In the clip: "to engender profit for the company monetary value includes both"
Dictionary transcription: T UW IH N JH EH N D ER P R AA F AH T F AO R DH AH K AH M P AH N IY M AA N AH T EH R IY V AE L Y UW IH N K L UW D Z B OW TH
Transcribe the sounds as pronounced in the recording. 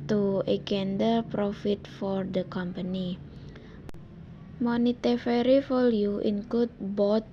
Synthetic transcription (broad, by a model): T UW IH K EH N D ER P R AA F AH T F AO R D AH K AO M P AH N IY M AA N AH T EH R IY F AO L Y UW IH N K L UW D B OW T